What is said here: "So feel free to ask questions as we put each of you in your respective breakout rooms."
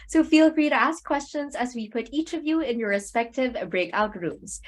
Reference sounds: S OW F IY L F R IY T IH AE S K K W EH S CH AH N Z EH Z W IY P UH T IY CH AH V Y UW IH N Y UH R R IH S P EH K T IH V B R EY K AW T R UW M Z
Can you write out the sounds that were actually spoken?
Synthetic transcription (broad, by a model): S OW F IY L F R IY T IH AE S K K W EH S CH AH N Z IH Z W IY P UH T IY CH AH V Y UW IH N Y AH R R IH S P EH K T IH V B R EY K AW T R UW M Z